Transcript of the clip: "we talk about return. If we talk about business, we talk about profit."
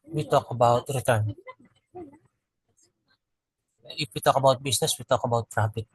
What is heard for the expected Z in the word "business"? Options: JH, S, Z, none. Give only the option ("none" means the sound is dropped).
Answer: S